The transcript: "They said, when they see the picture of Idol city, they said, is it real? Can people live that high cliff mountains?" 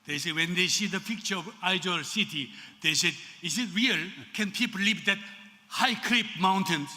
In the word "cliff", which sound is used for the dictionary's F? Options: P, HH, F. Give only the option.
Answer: P